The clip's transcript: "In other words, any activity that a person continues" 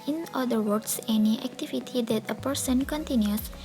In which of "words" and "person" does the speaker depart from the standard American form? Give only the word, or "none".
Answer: words